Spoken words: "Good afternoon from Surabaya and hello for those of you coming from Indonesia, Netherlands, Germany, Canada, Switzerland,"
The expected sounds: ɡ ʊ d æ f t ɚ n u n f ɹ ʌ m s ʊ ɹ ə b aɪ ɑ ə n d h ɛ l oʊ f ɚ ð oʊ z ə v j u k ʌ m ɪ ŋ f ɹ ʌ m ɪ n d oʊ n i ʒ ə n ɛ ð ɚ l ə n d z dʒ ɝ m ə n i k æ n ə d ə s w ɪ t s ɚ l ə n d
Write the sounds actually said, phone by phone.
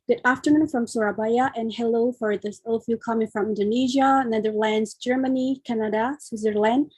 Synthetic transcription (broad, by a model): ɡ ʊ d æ f t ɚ n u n f ɹ ʌ m s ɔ ɹ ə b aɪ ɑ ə n h ɛ l oʊ f ɚ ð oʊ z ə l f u k ʌ m ɪ ŋ f ɹ ʌ m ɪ n d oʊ n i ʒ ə n ɛ ð ɚ l ə n d z dʒ ɝ m ə n i k æ n ə d ə s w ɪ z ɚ l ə n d